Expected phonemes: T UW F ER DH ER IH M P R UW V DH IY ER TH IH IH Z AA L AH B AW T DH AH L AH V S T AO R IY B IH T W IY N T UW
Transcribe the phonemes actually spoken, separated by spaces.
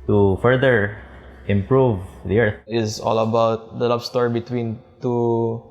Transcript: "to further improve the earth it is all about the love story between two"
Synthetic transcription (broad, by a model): T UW F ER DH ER IH M P R UW V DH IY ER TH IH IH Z AA L AH B AW T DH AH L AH B S T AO R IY B IH T W IY N T UW